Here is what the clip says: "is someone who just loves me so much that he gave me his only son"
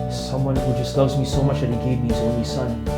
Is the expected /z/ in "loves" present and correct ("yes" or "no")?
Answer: yes